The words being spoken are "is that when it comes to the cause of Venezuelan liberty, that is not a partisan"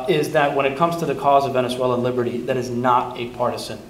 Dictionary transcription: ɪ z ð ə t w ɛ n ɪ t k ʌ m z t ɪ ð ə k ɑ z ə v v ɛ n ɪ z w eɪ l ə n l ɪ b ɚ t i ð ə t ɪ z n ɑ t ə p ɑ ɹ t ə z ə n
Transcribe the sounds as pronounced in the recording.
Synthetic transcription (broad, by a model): ɪ z ð ə t w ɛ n ɪ t k ʌ m z t ɪ ð ə k ɑ z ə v v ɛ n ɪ s w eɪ l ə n l ɪ b ɚ t i ð ə t ɪ z n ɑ t ə p ɑ ɹ t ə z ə n